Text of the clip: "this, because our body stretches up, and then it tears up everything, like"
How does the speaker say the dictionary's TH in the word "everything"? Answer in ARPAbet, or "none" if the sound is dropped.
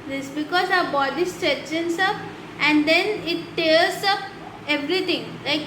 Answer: T